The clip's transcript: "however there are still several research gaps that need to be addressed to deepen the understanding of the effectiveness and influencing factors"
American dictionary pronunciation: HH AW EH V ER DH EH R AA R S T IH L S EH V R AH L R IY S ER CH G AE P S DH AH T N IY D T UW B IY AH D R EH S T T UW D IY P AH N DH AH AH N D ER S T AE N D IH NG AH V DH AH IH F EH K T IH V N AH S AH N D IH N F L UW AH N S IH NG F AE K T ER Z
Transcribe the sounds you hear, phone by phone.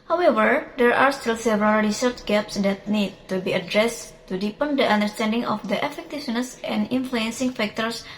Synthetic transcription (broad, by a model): HH AW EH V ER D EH R AA R S T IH L S EH V R AH L R IY S ER CH G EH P S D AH T N IY D T UW B IY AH D R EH S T T UW D IY P AH N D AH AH N D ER S T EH N D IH NG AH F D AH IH F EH K T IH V N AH S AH N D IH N F L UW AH N S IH NG F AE K T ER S